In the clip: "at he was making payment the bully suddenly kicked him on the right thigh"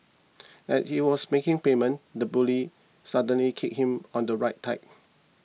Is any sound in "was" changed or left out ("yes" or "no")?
yes